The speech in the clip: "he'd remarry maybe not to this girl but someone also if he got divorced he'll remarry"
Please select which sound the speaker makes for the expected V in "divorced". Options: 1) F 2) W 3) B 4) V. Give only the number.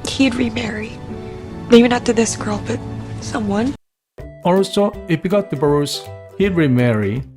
3